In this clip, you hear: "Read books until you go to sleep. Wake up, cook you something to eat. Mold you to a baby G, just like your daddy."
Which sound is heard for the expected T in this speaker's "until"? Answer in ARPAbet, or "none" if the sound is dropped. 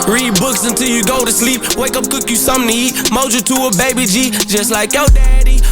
T